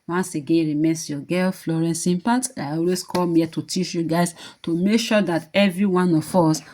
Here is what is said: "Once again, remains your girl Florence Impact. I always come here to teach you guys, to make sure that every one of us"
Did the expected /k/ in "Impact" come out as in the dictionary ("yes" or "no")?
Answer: no